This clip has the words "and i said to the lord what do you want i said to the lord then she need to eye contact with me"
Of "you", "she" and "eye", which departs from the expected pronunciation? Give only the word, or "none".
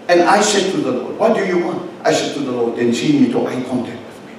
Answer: she